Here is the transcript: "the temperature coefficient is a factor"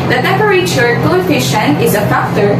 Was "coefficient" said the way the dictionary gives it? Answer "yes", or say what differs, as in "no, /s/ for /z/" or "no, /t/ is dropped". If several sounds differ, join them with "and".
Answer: no, /t/ is dropped